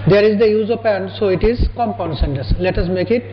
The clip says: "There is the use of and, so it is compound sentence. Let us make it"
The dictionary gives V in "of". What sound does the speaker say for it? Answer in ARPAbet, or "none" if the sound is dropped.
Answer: P